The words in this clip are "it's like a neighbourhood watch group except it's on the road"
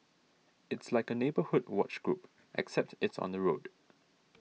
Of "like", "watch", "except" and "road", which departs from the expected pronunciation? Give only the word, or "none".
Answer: none